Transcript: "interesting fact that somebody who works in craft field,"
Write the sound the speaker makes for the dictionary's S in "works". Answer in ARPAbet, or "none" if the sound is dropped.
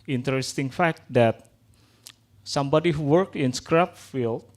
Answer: none